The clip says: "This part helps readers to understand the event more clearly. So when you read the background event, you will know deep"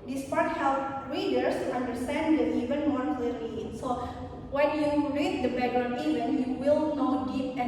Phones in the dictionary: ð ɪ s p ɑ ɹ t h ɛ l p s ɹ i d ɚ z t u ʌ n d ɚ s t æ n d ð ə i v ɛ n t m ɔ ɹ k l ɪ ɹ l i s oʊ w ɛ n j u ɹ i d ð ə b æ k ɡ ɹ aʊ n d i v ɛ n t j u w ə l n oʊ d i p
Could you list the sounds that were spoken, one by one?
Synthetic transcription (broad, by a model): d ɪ s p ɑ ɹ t h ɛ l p ɹ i d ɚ s t u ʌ n d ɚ s t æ n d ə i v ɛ n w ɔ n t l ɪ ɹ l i s oʊ w ɛ n j u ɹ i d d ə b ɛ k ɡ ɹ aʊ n i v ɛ n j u w ə l n oʊ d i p